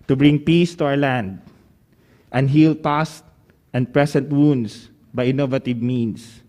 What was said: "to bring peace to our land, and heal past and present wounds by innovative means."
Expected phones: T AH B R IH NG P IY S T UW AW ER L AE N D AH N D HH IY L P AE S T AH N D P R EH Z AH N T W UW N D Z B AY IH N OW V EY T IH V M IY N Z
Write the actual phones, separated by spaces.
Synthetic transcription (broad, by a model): T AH B R IH NG P IY S T UW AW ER L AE N D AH N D HH IY L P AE S T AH N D P R EH S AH N T W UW N D S B AY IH N OW V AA T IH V M IY N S